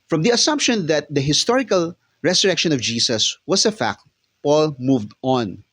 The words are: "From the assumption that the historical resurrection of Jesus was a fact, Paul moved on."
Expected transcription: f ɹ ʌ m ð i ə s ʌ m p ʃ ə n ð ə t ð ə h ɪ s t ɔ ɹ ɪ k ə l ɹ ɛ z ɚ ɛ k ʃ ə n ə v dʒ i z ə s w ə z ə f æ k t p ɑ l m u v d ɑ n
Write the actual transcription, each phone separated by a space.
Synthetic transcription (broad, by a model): f ɹ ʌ m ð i ə s ʌ m p ʃ ə n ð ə t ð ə h ɪ s t ɔ ɹ ɪ k ə l ɹ ɛ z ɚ ɛ k ʃ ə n ə v dʒ i s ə s w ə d ə f æ k t p ɑ l m u v d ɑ n